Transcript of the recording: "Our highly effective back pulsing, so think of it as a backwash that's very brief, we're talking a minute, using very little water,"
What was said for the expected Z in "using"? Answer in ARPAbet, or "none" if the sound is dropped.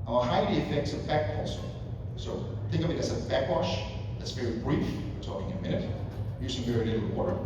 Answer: S